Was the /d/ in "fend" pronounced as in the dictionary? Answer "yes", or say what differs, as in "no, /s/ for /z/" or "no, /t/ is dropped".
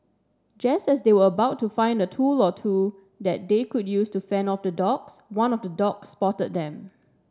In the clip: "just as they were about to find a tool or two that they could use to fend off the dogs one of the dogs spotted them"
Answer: no, /d/ is dropped